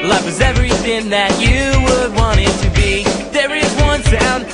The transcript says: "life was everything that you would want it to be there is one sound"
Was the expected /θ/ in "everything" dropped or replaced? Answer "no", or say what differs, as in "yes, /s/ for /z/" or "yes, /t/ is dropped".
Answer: no